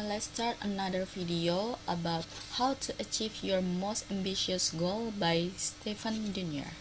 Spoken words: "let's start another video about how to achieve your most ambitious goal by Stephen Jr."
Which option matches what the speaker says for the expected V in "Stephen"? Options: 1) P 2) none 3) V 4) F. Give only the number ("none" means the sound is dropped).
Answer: 4